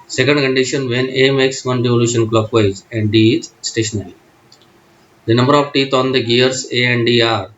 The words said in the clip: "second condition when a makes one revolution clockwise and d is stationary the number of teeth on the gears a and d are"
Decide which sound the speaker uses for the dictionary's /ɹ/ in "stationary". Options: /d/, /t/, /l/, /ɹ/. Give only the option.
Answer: /l/